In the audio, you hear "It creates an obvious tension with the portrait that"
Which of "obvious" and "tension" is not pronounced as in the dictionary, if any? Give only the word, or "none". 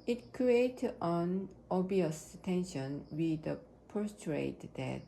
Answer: obvious